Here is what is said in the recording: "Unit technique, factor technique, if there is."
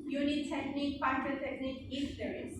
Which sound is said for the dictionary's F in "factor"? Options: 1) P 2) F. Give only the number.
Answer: 1